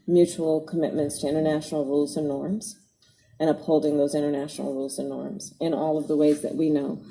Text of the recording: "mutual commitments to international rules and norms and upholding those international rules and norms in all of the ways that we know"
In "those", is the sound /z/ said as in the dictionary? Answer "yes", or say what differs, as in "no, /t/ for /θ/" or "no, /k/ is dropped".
yes